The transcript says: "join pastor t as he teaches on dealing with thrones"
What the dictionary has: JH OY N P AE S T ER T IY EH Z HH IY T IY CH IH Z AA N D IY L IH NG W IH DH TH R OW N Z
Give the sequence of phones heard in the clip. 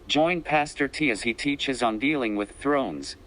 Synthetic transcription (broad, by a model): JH OY N P AE S T ER T IY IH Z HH IY T IY CH IH Z N D IY L IH NG W IH DH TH R OW N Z